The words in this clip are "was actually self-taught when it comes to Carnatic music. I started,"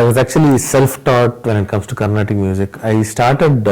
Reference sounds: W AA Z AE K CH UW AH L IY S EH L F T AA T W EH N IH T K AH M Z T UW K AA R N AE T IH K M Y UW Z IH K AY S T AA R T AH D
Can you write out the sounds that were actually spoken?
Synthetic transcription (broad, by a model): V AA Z AE K CH UW AH L IY S EH L F T AA T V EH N IH T K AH M S T UW K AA R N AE T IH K M Y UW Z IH K AY S T AA R T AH D